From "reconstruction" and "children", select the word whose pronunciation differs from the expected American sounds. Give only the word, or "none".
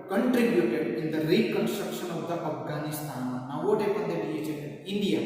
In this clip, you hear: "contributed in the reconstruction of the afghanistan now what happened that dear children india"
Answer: children